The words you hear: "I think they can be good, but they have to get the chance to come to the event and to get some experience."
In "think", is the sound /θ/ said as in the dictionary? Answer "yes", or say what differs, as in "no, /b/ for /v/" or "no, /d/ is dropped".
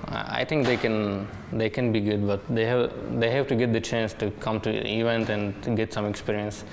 no, /t/ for /θ/